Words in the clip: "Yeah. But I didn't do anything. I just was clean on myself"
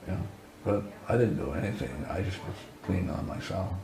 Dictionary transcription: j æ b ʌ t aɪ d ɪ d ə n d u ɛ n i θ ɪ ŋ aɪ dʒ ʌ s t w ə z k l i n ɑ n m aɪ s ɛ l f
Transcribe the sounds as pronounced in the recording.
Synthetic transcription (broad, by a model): j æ b ʌ t aɪ d ɪ d n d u ɛ n i θ ɪ ŋ aɪ dʒ ʌ s t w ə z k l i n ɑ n m aɪ s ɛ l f